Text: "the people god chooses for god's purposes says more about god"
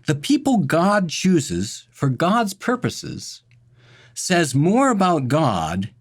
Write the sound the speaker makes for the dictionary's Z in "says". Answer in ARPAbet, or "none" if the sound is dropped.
Z